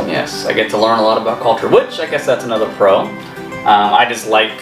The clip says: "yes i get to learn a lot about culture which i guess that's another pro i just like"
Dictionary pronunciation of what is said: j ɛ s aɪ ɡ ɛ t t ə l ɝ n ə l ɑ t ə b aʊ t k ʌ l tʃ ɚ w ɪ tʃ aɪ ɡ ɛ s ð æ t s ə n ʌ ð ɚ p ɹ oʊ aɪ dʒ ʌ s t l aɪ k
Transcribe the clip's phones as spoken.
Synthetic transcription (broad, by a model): j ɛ s aɪ ɡ ɛ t t ə l ɝ n ə l ɑ t ə b aʊ t k ʌ l tʃ ɚ w ɪ tʃ aɪ ɡ ɛ s ð æ t s ə n ʌ ð ɚ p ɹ oʊ aɪ dʒ ʌ s t l aɪ k